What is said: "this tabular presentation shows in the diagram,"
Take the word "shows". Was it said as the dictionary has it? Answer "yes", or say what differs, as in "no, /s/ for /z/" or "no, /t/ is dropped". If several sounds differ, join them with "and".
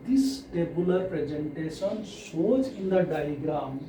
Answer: no, /s/ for /ʃ/